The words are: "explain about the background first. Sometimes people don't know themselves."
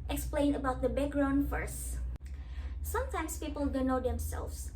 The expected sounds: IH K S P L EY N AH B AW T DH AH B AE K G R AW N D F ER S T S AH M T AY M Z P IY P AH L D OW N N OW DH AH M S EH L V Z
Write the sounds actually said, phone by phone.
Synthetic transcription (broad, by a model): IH K S P L EY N AH B AW T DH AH B AE K G R AW N D F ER S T S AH M T AY M S P IY P AH L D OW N N OW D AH M S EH L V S